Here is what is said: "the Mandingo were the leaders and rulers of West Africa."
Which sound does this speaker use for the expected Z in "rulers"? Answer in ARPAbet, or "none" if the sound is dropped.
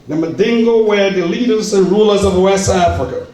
Z